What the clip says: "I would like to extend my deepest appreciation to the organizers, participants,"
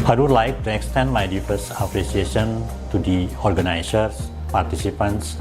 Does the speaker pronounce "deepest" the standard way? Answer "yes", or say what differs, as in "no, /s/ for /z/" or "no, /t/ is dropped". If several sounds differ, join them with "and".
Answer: no, /f/ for /p/ and /t/ is dropped